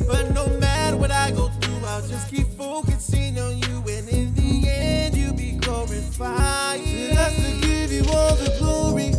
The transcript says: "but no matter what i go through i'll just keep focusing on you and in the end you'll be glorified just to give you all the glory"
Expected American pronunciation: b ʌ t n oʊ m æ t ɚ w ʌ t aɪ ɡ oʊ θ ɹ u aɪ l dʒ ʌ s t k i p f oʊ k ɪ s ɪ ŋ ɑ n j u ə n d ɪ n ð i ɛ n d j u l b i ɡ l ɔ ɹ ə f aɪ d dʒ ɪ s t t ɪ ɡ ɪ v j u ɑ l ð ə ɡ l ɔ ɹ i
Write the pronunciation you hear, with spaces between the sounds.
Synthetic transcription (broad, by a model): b ʌ t n oʊ m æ t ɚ w ʌ t aɪ ɡ oʊ θ ɹ u aɪ l dʒ ʌ s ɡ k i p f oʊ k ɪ s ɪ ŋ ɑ n j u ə n ɪ n ð i ɛ n d j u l b i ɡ ɔ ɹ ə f aɪ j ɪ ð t s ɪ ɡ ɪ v j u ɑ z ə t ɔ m i